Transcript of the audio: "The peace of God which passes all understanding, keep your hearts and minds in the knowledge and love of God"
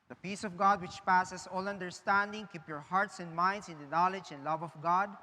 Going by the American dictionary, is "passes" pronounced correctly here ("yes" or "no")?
no